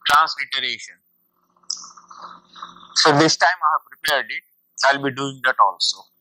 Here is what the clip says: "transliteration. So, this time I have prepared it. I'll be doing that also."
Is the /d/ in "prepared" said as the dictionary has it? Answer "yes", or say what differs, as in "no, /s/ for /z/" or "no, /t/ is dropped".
yes